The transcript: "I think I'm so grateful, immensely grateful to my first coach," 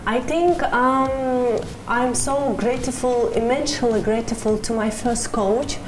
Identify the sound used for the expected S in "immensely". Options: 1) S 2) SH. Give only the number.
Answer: 2